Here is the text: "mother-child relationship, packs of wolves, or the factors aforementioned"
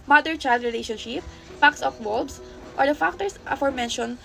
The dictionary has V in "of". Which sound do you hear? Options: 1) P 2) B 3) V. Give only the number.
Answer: 1